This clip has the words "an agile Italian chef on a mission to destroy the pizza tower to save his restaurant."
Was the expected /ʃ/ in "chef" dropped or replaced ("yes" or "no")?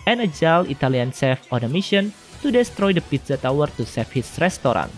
yes